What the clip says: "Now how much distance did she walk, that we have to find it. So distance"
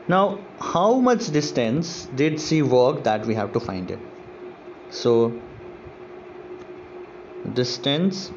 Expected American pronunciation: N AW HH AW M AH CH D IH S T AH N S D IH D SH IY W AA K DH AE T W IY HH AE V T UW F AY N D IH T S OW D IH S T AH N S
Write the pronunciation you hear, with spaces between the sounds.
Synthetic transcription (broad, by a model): N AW HH AW M AH CH D IH S T AH N S D IH D S IY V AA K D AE T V IY HH AE V T UW F AY N D IH T S OW D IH S T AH N S